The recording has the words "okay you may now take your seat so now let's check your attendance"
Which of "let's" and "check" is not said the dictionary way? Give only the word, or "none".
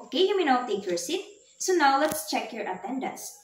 none